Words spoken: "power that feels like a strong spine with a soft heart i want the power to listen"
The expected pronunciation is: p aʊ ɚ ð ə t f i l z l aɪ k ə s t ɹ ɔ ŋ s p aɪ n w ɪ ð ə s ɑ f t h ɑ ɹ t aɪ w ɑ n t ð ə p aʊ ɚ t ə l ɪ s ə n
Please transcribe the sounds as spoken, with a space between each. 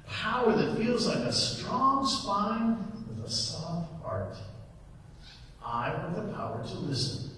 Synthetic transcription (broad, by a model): p aʊ ɚ ð ə t f i l z l aɪ k ə s t ɹ ɔ ŋ s p aɪ n w ɪ ð ə s ɑ f t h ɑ ɹ t aɪ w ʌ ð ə p aʊ ɚ t ə l ɪ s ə n